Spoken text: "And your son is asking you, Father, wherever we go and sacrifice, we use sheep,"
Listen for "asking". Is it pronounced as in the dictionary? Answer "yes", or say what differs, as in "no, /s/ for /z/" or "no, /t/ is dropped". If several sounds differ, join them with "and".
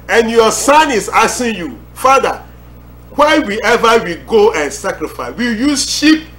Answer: no, /k/ is dropped